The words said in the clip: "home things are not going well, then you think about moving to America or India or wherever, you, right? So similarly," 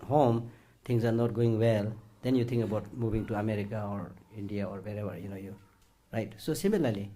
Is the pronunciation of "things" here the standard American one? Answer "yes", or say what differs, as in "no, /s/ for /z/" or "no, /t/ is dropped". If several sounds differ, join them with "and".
no, /t/ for /θ/ and /s/ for /z/